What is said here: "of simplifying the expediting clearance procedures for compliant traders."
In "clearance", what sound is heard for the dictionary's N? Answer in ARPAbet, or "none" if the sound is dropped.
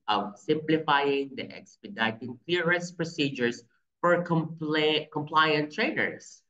none